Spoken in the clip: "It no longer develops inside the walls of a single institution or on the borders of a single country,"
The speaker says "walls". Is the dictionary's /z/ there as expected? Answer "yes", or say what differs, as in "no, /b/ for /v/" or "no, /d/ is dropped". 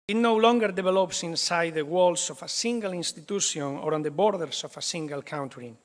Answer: no, /s/ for /z/